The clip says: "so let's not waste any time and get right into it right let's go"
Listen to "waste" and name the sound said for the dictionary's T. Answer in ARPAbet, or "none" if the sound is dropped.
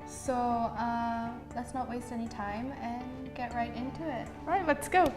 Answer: T